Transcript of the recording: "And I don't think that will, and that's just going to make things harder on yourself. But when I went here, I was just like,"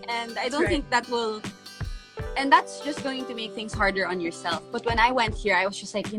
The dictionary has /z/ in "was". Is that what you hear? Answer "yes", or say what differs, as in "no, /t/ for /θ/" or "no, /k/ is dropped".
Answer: no, /s/ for /z/